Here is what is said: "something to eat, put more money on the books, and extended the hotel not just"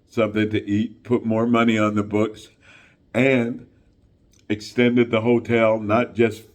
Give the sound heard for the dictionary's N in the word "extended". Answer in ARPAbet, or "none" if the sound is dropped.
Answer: N